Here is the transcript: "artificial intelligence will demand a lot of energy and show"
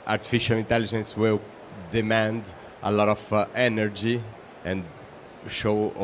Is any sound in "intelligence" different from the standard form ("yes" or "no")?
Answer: no